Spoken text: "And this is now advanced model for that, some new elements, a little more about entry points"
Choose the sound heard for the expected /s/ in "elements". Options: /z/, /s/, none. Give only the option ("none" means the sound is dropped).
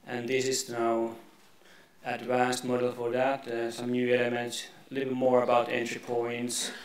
none